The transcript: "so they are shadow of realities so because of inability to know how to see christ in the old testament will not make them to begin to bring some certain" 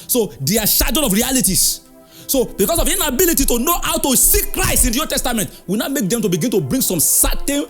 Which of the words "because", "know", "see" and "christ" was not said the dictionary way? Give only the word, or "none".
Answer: because